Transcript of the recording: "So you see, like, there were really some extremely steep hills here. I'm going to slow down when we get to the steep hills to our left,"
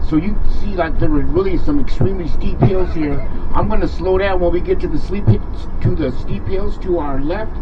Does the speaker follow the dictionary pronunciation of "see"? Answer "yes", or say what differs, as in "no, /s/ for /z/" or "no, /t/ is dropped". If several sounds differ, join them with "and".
yes